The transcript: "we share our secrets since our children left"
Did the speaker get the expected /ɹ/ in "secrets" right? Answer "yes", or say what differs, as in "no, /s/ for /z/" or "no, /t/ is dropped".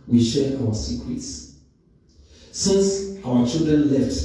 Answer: no, /w/ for /ɹ/